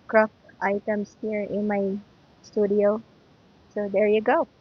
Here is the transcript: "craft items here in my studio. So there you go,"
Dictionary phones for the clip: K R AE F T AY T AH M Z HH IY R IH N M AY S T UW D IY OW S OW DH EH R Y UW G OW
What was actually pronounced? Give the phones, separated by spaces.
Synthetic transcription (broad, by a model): K R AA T T AY T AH M S HH IY R IH N M AY S T UW D IY OW S OW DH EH R Y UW G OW